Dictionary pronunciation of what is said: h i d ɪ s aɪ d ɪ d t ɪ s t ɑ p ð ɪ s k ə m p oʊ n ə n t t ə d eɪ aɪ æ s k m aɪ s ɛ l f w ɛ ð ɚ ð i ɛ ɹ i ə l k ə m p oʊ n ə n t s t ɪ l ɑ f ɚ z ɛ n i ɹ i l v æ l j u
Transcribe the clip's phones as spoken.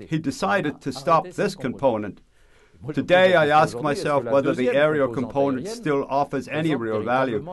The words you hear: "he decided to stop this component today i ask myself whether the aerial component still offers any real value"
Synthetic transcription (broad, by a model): h i d ɪ s aɪ d ɪ d t ɪ s t ɑ p ð ɪ s k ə m p oʊ n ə n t t ə d eɪ aɪ æ s k m aɪ s ɛ l f w ɛ ð ɚ ð i ɛ ɹ i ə k ə m p oʊ n ə n t s t ɪ l ɑ f ɚ z ɛ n i ɹ i l v æ l j u